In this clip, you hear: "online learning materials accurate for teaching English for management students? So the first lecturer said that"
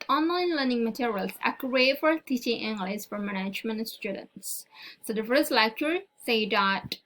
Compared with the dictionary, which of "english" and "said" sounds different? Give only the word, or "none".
english